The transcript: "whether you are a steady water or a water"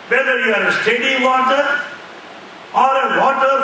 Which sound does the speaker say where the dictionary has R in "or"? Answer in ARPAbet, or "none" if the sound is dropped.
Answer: R